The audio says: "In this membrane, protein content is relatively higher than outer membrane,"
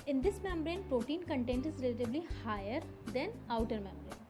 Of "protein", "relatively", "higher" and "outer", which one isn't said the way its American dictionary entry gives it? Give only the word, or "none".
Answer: relatively